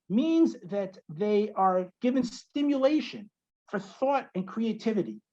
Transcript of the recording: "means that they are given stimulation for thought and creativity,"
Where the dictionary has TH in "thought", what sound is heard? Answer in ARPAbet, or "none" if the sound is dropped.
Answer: TH